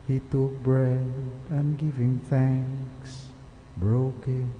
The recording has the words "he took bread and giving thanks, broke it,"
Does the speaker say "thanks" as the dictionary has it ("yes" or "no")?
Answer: yes